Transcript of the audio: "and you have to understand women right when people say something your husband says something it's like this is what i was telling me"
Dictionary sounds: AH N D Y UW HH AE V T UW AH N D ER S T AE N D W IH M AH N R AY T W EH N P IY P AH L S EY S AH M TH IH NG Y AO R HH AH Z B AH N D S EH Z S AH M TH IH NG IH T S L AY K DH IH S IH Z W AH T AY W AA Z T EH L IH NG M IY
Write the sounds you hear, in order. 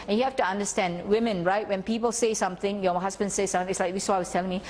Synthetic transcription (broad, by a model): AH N Y UW HH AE F T UW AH N D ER S T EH N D W IH M AH N R AY T W EH N P IY P AH L S EY S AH M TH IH NG Y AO HH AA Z B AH N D S EH S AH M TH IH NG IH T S L AY K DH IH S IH AY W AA S T EH L IH NG M IY